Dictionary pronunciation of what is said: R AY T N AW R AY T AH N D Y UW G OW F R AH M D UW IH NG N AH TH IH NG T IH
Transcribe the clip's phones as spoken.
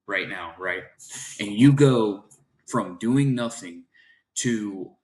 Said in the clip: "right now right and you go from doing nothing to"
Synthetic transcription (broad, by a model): R AY T N AW R AY T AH N Y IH G OW F R AH M D UW IH NG N AH TH IH NG T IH